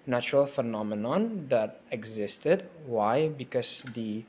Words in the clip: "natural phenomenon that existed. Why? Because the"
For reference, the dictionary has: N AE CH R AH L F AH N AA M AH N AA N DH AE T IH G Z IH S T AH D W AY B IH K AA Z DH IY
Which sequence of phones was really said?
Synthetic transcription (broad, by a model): N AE CH R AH L F AH N AA M AH N AA N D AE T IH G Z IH S T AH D W AY B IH K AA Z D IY